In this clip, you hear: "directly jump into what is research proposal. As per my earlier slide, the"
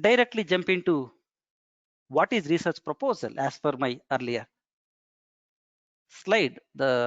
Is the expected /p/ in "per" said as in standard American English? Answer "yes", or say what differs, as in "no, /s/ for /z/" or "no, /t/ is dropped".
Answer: no, /f/ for /p/